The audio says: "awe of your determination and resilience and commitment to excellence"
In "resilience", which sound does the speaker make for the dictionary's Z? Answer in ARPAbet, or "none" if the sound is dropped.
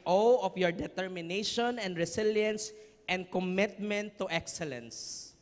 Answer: S